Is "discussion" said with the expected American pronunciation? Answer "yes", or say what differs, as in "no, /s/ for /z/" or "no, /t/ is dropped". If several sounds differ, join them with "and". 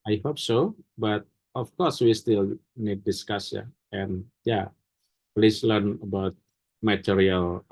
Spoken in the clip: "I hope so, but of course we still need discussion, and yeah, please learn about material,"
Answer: no, /n/ is dropped